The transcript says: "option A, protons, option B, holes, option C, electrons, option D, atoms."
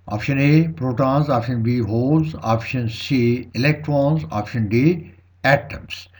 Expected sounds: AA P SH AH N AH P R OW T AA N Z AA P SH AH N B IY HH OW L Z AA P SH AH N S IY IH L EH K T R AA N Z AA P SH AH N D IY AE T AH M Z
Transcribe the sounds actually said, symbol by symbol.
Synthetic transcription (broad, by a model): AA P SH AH N AH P R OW T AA N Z AA P SH AH N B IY HH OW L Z AA P SH AH N S IY IH L EH K T R AA N Z AA P SH AH N D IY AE T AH M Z